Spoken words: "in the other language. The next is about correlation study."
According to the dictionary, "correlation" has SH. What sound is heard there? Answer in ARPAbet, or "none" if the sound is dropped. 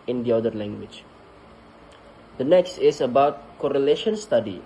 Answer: SH